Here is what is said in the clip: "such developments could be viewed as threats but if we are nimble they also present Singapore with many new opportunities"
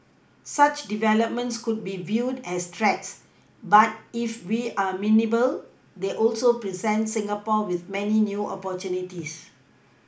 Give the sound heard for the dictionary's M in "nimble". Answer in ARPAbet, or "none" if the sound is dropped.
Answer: none